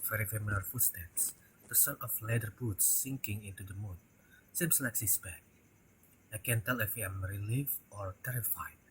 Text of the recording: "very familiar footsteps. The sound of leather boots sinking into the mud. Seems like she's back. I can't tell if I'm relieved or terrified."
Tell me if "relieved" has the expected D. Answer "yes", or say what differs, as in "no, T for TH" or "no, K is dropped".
no, D is dropped